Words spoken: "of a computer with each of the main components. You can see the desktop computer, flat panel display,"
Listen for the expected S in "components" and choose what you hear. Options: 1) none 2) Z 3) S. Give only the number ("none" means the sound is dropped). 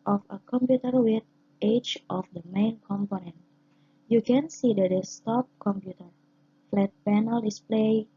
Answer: 1